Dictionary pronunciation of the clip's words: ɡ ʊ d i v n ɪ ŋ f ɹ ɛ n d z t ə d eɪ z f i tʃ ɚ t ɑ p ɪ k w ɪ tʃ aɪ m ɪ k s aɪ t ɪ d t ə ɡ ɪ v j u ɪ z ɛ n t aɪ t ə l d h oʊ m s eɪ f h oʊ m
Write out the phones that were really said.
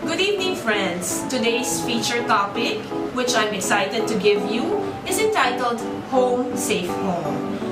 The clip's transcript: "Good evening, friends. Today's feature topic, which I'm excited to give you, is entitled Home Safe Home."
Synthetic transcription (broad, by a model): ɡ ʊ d i v n ɪ ŋ f ɹ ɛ n d s t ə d eɪ s f i tʃ ɚ t ɑ p ɪ k w ɪ tʃ aɪ m ɪ k s aɪ t ɪ d t ə ɡ ɪ v j u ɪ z ɛ n t aɪ t ə l d h oʊ m s eɪ f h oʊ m